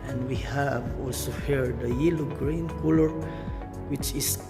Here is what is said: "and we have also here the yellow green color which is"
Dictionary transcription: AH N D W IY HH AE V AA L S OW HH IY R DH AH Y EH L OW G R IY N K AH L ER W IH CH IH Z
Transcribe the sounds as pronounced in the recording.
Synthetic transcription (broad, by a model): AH N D W IY HH AE V AA L S OW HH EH R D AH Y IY L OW G R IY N K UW L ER W IH CH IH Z